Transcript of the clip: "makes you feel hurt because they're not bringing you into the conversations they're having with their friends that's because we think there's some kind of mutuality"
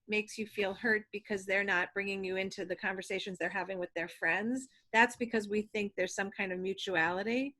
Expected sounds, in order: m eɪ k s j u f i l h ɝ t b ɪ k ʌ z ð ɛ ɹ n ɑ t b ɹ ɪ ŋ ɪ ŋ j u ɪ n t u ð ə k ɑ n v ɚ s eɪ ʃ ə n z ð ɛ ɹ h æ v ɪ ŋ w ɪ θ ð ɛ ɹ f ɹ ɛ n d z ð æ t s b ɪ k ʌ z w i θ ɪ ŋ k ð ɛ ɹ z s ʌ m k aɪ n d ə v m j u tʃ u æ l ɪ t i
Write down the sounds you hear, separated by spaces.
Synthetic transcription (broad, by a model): m eɪ k s j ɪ f i l h ɝ t b ɪ k ʌ z ð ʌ ɹ n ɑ t b ɹ ɪ ŋ ɪ ŋ j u ɪ n t u ð ə k ɑ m v ɚ s eɪ ʃ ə n z ð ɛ ɹ h æ v ɪ ŋ w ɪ ð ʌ ɹ f ɹ ɛ n d z ð æ t s b ɪ k ʌ z w i θ ɪ ŋ k ð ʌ ɹ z s ʌ m k aɪ n d ə v m j u tʃ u æ l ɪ t i